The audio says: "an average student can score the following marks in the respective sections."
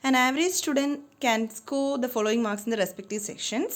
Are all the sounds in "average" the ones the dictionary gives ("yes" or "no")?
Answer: yes